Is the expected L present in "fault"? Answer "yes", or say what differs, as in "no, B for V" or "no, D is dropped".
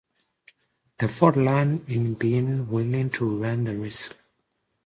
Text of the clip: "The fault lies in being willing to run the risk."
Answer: no, L is dropped